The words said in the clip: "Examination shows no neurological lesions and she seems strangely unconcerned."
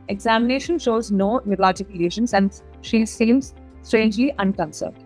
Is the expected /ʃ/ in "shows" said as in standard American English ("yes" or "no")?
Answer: yes